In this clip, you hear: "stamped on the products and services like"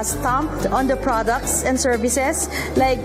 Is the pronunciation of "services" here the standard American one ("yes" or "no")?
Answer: no